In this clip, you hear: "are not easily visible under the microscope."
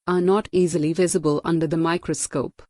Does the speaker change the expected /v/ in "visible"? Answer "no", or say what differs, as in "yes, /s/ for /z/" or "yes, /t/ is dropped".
no